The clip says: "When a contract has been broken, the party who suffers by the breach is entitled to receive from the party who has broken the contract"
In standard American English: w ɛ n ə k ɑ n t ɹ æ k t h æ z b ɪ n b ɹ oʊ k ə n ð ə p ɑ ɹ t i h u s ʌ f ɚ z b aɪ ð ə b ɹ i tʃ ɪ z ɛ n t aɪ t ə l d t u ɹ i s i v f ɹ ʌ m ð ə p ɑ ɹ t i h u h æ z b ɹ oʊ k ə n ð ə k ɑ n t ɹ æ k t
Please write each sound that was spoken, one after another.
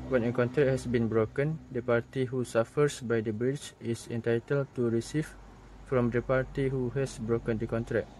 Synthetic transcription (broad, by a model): w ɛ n ə k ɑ n t ɹ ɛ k h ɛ s b ɪ n b ɹ oʊ k ə n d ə p ɑ ɹ t i h u s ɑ f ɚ s b aɪ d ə b ɹ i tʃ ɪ s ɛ n t aɪ t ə l t u ɹ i s i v f ɹ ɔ m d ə p ɑ ɹ t i h u h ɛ s b ɹ oʊ k ə n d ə k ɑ n t ɹ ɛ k